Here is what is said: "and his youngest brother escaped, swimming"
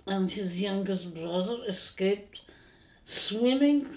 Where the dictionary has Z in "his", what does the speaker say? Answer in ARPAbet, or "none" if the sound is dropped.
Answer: Z